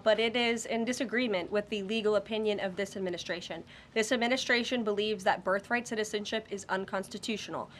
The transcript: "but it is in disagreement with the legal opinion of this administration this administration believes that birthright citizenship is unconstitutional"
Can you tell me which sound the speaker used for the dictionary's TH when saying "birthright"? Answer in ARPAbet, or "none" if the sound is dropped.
TH